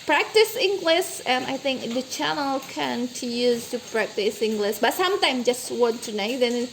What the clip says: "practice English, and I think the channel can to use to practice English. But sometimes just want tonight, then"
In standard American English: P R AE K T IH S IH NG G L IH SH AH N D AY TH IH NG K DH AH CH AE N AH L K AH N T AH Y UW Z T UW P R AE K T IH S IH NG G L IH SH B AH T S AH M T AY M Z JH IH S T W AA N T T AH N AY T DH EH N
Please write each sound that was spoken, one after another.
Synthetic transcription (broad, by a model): P R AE K T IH S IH NG G L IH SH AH N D AY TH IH NG K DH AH CH AE N AH L K AH N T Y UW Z T UW P R AE K T IH S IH NG G L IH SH B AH T S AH M T AY M JH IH S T W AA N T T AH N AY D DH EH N